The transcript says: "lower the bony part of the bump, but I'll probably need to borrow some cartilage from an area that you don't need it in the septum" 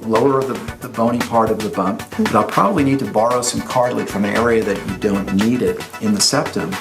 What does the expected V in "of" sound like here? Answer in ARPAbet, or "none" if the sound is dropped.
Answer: V